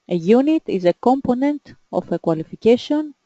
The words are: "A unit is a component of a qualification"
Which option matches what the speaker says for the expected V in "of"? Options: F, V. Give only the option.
F